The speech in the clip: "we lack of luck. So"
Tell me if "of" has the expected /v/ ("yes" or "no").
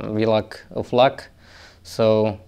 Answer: no